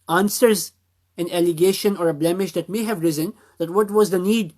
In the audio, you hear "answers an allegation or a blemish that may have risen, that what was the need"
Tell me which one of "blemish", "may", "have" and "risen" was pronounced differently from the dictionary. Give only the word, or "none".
none